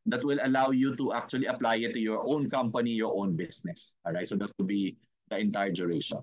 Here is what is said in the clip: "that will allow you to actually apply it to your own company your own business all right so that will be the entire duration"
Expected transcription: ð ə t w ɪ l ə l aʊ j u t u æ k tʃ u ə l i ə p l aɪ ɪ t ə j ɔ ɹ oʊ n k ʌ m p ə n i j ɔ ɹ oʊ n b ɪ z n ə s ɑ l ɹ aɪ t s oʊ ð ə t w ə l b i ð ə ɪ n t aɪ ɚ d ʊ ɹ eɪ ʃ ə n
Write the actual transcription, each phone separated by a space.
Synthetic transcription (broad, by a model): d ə t w ɪ l ə l aʊ j u t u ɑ k tʃ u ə l i ə p l aɪ ɪ t ə j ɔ ɹ oʊ n k ʌ m p ə n i j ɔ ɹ oʊ n b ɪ s n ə s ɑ ɹ aɪ t s oʊ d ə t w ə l b i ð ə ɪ n t aɪ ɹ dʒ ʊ ɹ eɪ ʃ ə n